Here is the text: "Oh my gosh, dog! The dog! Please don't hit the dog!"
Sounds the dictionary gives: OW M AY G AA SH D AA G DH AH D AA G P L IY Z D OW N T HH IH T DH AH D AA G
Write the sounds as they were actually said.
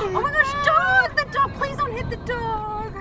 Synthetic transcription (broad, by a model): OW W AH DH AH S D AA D DH AH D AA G P L IY Z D OW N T HH IH T DH AH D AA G